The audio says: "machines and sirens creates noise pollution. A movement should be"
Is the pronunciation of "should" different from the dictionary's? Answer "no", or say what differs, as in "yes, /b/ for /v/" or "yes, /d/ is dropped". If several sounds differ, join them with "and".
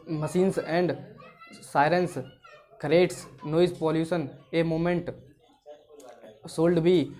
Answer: yes, /s/ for /ʃ/